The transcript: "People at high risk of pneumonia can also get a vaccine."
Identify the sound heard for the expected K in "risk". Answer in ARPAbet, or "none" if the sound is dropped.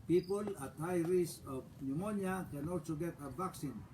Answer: none